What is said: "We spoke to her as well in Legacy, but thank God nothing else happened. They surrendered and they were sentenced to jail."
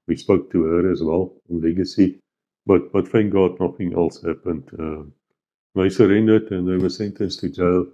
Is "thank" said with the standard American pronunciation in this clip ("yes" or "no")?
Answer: no